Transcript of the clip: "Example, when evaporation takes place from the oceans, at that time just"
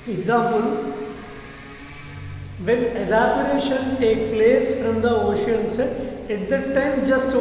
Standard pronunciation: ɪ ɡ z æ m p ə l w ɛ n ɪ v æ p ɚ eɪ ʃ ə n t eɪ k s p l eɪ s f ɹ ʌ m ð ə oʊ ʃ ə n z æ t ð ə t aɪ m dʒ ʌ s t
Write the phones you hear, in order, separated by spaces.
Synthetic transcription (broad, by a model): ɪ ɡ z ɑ m p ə l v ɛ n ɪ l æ b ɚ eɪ ʃ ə n t eɪ k p l eɪ s f ɹ ʌ m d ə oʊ ʃ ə n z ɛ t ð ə t aɪ m dʒ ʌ s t